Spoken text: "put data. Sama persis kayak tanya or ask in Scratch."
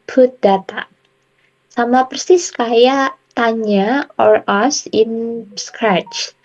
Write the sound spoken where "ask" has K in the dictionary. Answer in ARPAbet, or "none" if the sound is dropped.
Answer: none